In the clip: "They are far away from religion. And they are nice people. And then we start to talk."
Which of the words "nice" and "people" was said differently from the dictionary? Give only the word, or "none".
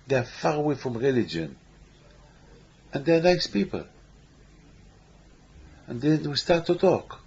none